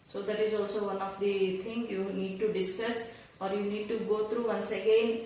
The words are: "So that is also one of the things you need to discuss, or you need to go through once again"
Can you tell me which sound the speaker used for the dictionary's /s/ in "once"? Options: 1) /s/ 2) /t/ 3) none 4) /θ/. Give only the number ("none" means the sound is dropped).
1